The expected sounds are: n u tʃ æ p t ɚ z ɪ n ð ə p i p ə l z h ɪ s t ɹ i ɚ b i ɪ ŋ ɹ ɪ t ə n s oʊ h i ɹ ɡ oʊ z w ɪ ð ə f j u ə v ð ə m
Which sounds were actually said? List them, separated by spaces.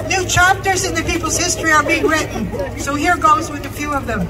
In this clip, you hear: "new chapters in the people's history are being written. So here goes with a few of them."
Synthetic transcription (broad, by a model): n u tʃ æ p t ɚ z ɪ n ð ə p i p l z h ɪ s t ɹ i ɚ b i ɪ ŋ ɹ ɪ t n s oʊ h i ɹ ɡ oʊ z w ɪ ð ə f j u ə v ð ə m